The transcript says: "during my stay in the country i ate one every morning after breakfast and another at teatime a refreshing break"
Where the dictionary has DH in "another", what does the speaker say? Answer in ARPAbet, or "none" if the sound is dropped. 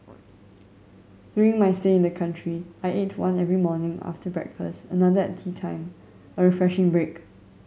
none